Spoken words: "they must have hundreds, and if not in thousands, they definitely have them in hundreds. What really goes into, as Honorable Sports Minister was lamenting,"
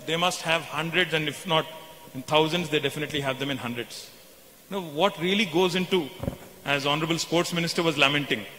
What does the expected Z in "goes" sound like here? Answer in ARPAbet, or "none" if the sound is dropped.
Z